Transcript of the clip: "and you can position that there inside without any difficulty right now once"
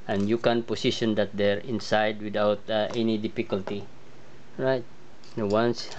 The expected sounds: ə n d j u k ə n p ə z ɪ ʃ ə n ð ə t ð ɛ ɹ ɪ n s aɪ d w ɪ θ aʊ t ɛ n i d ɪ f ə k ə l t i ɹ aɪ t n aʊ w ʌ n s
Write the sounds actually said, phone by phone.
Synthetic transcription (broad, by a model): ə n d j u k ə n p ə s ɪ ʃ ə n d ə t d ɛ ɹ ɪ n s aɪ d w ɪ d aʊ t ɛ n i d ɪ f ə k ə l t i ɹ aɪ t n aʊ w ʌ n s